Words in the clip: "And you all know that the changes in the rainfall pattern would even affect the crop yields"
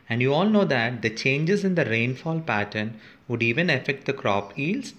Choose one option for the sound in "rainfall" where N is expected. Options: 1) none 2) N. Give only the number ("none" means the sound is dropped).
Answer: 2